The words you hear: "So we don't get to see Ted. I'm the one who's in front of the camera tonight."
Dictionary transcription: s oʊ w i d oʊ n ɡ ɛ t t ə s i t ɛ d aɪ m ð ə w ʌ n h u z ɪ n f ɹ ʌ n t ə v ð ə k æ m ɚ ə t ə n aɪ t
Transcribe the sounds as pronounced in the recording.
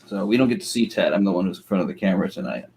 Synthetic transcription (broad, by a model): s oʊ w i d oʊ n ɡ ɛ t t ə s i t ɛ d aɪ m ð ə w ʌ n h u z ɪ n f ɹ ʌ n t ə v ð ə k æ m ɚ ə t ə n aɪ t